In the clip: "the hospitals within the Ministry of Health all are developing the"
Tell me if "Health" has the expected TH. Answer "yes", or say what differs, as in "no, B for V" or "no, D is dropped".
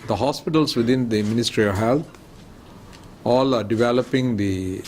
no, T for TH